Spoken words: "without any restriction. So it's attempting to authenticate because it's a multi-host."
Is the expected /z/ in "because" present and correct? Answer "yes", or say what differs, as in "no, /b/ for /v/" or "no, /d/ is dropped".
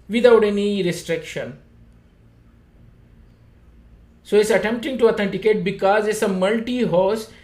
yes